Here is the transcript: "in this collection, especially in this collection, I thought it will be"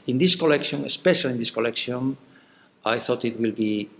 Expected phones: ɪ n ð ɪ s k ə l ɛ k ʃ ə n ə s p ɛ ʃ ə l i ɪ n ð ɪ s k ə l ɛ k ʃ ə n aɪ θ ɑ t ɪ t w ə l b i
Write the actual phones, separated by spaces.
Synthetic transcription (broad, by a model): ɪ n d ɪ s k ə l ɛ k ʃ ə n ə s p ɛ ʃ ə l i n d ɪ s k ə l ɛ k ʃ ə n aɪ θ ɑ t ɪ t w ə l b i